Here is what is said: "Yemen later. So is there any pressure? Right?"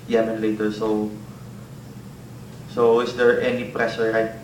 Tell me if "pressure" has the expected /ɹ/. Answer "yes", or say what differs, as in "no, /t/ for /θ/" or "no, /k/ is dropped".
yes